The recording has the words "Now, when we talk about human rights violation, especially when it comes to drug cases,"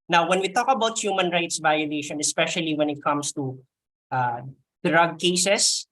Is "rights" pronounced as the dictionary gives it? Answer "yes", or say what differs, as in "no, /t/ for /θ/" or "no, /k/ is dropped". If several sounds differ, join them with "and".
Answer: yes